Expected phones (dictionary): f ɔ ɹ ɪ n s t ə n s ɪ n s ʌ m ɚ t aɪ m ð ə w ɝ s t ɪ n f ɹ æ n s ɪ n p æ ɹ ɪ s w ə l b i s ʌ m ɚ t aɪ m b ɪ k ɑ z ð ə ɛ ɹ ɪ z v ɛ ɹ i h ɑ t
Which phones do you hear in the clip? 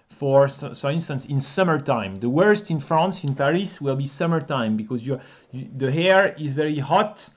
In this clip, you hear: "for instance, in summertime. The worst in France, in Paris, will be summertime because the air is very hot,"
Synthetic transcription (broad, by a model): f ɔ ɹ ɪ n s t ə n s ɪ n s ʌ m ɚ t aɪ m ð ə w ɝ s t ɪ n f ɹ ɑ n s ɪ n p æ ɹ ɪ s w ə l b i s ʌ m ɚ t aɪ m b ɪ k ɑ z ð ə ɛ ɹ ɪ z v ɛ ɹ i h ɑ t